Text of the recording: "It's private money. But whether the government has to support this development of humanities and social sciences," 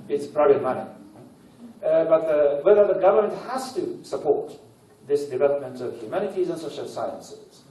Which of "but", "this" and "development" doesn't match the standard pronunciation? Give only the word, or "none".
none